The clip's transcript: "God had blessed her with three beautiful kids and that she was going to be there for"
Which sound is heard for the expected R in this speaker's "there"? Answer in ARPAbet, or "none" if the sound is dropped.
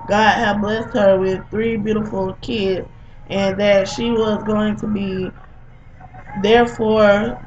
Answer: R